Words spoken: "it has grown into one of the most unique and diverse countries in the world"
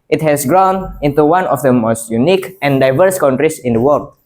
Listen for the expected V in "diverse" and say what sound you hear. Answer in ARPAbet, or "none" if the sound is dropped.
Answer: V